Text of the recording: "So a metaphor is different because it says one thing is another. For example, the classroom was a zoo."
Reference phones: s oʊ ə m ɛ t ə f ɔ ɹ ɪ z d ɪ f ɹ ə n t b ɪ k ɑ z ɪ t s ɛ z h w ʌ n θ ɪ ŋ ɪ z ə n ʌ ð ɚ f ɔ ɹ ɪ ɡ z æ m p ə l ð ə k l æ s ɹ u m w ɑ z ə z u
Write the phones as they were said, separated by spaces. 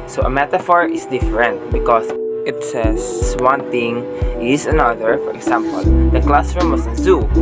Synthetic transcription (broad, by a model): s oʊ ə m ɛ t ə f ɔ ɹ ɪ s d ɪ f ɹ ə n t b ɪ k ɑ s ɪ t s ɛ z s w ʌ n t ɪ ŋ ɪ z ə n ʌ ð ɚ f ɔ ɹ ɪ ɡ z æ m p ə l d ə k l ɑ s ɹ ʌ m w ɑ s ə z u